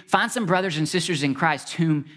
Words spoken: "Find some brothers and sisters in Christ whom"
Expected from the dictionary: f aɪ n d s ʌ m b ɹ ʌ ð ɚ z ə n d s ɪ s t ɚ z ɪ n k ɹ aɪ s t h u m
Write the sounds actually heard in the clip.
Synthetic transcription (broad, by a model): f aɪ n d s ʌ m b ɹ ʌ ð ɚ z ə n s ɪ s t ɚ z ɪ n k ɹ aɪ s t h u m